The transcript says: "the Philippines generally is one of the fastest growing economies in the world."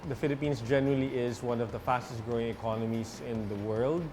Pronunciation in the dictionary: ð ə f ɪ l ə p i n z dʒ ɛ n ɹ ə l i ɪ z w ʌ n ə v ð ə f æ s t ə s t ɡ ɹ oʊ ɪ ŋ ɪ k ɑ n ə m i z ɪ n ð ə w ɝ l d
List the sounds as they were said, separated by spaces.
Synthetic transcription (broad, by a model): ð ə f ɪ l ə p i n s dʒ ɛ n ɹ ə l i ɪ z w ʌ n ə v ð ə f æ s t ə s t ɡ ɹ oʊ ɪ ŋ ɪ k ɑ n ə m i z ɪ n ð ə w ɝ l d